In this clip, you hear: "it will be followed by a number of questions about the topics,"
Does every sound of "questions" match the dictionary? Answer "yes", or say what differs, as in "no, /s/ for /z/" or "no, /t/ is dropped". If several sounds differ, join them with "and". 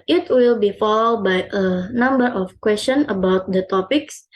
no, /z/ is dropped